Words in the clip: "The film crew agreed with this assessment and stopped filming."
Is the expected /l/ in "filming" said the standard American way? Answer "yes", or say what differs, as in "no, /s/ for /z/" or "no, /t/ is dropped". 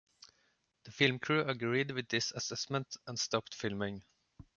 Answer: yes